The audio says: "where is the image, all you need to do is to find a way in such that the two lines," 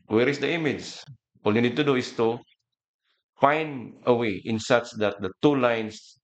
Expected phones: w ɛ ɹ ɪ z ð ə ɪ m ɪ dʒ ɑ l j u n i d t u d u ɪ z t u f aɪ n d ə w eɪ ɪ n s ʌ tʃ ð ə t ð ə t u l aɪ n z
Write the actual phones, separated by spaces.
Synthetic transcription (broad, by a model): w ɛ ɹ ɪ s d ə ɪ m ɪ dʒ ɑ l j u n i d t u d u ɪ s t u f aɪ n ə w eɪ ɪ n s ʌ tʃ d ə t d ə t u l aɪ n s